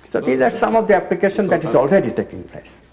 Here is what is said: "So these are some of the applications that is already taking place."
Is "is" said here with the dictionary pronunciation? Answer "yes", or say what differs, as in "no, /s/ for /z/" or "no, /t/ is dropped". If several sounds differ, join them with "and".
yes